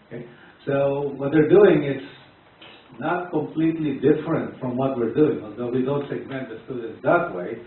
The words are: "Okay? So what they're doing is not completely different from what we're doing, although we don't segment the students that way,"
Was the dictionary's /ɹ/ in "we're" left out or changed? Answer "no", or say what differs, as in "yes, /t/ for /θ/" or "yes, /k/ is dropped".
no